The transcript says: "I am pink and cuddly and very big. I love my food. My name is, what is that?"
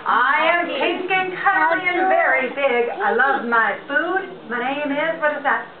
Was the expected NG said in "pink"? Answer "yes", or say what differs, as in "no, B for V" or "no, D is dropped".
no, NG is dropped